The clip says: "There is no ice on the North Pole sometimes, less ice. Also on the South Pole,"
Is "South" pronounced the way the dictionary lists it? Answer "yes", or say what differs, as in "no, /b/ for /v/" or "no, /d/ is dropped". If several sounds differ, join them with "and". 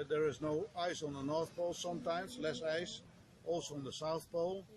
yes